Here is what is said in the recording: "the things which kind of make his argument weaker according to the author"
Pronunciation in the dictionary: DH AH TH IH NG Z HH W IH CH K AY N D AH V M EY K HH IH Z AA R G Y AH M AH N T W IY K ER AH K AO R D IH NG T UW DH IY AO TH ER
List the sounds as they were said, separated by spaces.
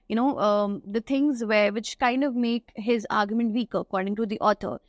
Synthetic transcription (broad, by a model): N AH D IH NG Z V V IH CH K AY N D AH V M EY K HH IH Z AA R G Y AH M AH N T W IY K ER AH K AO R D IH NG T UW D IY AO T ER